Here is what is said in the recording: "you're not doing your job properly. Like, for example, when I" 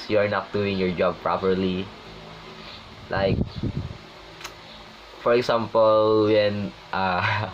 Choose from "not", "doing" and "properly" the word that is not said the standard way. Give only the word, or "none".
none